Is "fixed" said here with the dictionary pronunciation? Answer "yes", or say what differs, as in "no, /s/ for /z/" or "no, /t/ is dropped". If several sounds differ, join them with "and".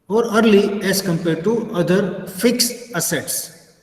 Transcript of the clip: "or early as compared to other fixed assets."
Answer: no, /t/ is dropped